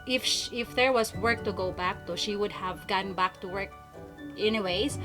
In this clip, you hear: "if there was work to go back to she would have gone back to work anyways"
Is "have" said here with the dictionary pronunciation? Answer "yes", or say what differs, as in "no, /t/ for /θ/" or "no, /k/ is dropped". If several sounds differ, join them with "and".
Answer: yes